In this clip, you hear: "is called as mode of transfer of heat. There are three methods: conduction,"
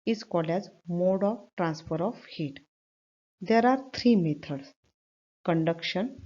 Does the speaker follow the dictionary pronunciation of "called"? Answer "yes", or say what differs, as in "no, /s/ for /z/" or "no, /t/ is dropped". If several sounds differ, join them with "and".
no, /d/ is dropped